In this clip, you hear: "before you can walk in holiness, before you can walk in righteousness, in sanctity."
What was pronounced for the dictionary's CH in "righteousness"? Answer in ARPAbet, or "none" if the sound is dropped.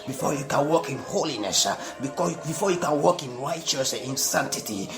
none